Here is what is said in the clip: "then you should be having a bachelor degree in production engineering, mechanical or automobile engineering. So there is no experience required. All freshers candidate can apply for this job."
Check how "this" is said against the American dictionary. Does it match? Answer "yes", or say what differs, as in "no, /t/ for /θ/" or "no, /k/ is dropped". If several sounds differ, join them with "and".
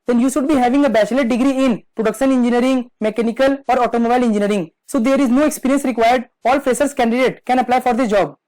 no, /s/ is dropped